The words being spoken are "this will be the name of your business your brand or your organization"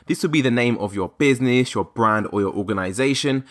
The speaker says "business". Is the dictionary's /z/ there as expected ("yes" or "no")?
yes